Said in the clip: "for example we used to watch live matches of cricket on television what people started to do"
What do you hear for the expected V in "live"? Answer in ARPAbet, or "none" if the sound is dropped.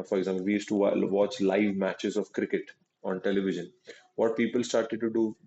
V